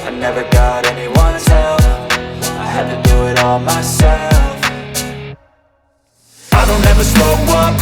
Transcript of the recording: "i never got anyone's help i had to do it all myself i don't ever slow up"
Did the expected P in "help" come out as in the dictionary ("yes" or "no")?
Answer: no